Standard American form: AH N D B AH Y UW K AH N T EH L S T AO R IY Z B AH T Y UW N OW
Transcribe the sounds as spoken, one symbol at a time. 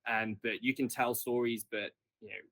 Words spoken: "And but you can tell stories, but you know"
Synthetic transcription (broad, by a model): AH N B AH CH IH K AH N T EH L S T AO R IY Z B AH T Y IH N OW